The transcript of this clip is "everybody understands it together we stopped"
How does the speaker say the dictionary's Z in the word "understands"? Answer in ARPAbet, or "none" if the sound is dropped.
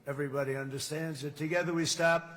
Z